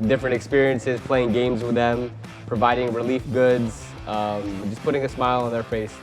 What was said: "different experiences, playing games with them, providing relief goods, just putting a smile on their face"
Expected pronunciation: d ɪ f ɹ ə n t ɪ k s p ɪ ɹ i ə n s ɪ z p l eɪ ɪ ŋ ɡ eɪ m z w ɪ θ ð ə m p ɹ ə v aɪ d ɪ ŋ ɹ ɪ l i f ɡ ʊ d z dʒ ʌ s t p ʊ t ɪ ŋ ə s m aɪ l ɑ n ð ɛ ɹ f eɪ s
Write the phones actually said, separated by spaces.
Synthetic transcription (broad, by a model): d ɪ f ɹ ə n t ɪ k s p ɪ ɹ i ə n s ɪ z p l eɪ ɪ ŋ ɡ eɪ m z w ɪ ð ə m p ɹ ə v aɪ d ɪ ŋ ɹ ɪ l i f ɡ ʊ d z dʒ ʌ s p ʊ t ɪ ŋ ə s m aɪ l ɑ n ð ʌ ɹ f eɪ s